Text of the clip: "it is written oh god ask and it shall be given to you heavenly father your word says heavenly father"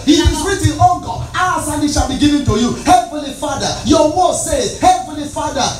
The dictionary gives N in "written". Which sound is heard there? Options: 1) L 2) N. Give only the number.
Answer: 1